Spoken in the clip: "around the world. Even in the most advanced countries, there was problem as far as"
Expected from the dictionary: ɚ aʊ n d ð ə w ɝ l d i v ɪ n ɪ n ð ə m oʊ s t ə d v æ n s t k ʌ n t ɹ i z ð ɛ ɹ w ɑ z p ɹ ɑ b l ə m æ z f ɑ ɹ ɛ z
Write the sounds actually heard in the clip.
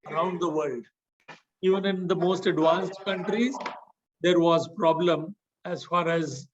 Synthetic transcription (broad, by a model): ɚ aʊ n d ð ə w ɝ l d i v ɪ n ɪ n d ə m oʊ s t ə d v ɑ n s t k ʌ n t ɹ i z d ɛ ɹ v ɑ z p ɹ ɑ b l ə m æ z f ɑ ɹ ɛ z